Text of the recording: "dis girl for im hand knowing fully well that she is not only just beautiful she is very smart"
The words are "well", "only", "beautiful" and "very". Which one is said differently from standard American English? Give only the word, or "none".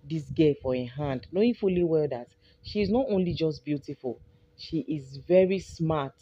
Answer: none